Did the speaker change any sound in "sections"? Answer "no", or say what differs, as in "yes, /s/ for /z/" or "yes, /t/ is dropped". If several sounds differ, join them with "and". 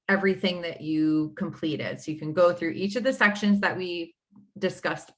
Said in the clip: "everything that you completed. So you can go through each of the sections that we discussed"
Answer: no